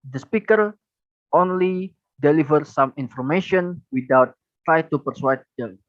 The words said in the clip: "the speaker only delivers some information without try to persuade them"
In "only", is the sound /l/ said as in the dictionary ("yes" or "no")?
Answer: yes